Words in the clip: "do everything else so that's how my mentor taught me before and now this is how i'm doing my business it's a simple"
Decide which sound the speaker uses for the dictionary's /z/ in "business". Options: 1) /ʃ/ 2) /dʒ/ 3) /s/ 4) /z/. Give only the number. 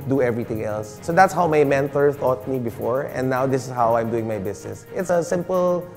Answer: 3